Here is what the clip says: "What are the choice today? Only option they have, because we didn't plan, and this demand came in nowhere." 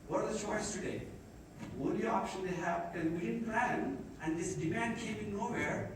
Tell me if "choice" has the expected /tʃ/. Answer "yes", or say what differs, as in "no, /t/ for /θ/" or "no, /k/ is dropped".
no, /ʃ/ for /tʃ/